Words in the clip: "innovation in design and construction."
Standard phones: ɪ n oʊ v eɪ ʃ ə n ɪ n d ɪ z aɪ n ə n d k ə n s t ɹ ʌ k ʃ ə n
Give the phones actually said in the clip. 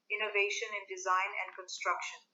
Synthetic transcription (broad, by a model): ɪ n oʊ v eɪ ʃ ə n ɪ n d ɪ z aɪ n ə n d k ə n s t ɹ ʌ k ʃ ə n